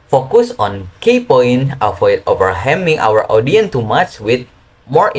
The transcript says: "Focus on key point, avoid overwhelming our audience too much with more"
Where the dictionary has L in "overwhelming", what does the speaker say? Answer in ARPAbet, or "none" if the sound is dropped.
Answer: none